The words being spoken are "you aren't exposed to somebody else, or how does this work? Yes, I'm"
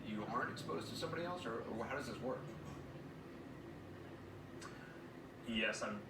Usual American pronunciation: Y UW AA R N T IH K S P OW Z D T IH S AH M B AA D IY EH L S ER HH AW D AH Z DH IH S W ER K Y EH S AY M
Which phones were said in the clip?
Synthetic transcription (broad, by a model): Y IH AA R N T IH K S P OW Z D T IH S AH M B AA D IY EH L S ER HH AW D AH Z DH IH S W ER K Y EH S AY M